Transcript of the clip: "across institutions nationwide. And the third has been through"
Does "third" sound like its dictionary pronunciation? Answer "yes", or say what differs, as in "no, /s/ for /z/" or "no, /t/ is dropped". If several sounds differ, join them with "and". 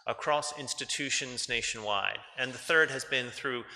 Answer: yes